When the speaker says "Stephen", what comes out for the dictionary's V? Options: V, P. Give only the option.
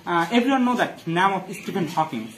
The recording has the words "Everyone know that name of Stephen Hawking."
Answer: P